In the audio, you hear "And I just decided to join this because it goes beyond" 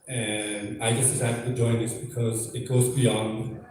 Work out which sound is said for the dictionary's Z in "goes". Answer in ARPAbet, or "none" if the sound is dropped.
Z